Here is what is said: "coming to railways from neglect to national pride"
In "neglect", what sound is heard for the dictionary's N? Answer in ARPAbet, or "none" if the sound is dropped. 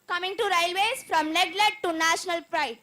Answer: L